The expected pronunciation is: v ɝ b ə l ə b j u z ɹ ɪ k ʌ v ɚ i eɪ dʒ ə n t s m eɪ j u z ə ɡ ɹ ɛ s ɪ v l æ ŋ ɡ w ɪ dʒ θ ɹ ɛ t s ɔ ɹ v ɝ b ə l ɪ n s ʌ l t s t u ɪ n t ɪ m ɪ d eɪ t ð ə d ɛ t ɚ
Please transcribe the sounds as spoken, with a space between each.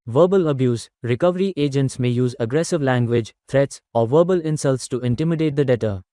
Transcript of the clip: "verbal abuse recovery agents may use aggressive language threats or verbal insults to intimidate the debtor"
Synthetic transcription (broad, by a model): v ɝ b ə l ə b j u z ɹ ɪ k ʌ v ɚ i eɪ dʒ ə n t s m eɪ j u z ə ɡ ɹ ɛ s ɪ v l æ ŋ ɡ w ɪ dʒ t ɹ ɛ t s ɔ ɹ v ɝ b ə l ɪ n s ʌ l t s t u ɪ n t ɪ m ɪ d eɪ t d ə d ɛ t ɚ